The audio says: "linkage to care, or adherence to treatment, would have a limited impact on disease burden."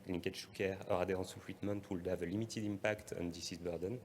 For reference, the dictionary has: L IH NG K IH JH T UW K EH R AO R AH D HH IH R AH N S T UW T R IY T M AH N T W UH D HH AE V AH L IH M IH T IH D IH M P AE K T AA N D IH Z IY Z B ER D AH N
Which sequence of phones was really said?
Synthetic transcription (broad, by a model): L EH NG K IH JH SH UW K EH R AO R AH D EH R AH S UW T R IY T M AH N T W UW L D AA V AH L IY M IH T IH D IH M P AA K T AA N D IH S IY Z B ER D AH N